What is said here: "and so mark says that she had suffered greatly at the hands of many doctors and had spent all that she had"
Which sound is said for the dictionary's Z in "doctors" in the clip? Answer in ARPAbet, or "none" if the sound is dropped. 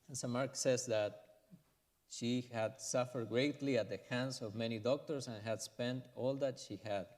S